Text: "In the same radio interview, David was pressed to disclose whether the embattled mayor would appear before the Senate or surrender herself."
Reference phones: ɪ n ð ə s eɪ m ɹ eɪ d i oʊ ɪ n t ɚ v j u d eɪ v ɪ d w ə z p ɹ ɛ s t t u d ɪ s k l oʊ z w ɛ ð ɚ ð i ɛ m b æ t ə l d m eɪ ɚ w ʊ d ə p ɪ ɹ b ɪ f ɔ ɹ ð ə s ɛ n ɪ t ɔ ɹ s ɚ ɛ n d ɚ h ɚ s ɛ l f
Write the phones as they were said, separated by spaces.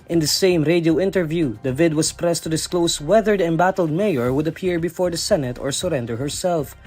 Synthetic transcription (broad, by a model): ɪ n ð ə s eɪ m ɹ eɪ d i oʊ ɪ n t ɚ v j u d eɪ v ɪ d w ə s p ɹ ɛ s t t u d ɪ s k l oʊ s w ɛ ð ɚ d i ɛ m b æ t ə l d m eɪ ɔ w ʊ d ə p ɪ ɹ b ɪ f ɔ ɹ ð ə s ɛ n ɪ t ɔ ɹ s ɚ ɛ n d ɚ h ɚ s ɛ l f